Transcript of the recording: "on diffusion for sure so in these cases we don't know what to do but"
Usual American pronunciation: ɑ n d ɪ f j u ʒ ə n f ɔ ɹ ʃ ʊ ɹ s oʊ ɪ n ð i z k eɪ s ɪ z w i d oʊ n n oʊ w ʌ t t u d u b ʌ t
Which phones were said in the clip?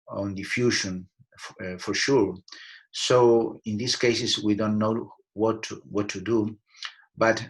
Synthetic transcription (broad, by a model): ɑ n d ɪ f j u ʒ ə n f ɔ ɹ ʃ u ɹ s oʊ ɪ n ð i s k eɪ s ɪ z w i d oʊ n n oʊ w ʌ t t u d u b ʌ t